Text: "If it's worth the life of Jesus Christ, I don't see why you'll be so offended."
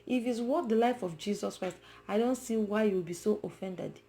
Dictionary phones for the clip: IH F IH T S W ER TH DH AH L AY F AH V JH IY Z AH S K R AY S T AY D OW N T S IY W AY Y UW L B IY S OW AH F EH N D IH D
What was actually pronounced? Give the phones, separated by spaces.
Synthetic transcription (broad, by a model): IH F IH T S W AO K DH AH L AY F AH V JH IY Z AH S K R AY S T AY D OW N T S IY W AY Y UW W B IY S OW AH F EH N D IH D